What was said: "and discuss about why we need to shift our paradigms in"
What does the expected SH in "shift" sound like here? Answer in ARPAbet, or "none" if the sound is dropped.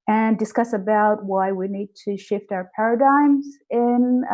SH